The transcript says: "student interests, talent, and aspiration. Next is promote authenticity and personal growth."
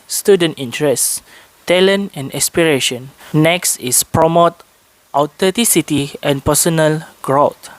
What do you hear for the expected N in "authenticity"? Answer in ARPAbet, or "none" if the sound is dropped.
none